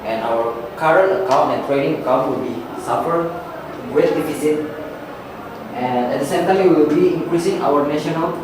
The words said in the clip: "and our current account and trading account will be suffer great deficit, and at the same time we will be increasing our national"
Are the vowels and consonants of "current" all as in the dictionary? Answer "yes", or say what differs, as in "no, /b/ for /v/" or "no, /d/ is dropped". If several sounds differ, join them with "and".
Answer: no, /t/ is dropped